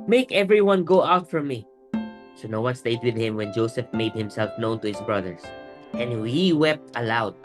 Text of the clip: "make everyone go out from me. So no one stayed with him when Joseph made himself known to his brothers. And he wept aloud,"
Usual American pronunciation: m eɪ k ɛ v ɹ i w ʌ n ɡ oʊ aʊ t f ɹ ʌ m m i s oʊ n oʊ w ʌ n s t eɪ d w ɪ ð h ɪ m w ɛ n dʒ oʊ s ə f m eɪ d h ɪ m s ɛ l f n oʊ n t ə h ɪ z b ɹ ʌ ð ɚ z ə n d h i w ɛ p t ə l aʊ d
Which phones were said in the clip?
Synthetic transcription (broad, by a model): m eɪ k ɛ v ɹ i w ʌ n ɡ oʊ aʊ t f ɹ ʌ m m i s oʊ n oʊ w ʌ n s t eɪ d w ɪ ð h ɪ m w ɛ n dʒ oʊ s ə f m eɪ d h ɪ m s ɛ l f n oʊ n t ə h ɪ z b ɹ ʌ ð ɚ s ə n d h i w ɛ p t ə l aʊ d